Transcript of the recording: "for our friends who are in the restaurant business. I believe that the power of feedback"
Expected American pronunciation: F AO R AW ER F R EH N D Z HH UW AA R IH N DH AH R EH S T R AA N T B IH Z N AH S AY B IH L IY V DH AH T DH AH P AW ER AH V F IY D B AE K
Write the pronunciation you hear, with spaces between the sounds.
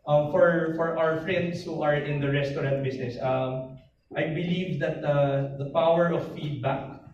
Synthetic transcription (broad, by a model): F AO R AW ER F R EH N D S HH UW AA R IH N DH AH R EH S T R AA N T B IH S N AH S AY B IH L IY V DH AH T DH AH P AW ER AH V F IY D B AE K